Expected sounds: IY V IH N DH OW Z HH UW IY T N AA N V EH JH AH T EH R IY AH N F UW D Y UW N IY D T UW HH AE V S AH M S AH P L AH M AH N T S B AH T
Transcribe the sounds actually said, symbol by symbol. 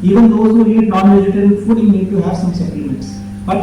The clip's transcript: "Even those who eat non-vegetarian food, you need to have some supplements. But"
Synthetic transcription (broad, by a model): IY V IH N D OW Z HH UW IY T N AA N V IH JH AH T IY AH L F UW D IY N IY D T UW HH AE V S AH M S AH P AH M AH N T S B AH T